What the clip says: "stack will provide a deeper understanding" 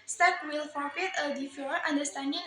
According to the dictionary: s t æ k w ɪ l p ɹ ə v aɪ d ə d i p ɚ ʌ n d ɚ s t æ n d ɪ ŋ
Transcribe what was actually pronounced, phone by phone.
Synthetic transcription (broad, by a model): s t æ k w ɪ l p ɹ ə f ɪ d ə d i f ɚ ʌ n d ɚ s t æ n d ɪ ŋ